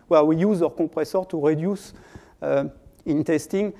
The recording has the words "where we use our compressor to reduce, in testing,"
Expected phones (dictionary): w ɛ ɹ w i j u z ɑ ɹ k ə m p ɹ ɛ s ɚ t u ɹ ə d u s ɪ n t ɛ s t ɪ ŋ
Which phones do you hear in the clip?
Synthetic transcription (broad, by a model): w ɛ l w i j u z ɑ ɹ k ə p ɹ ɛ s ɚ t u ɹ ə d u s ɪ n t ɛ s t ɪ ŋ